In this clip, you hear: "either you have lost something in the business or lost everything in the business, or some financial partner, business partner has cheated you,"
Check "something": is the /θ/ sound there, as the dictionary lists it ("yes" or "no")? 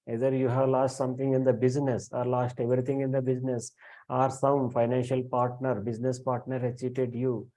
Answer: no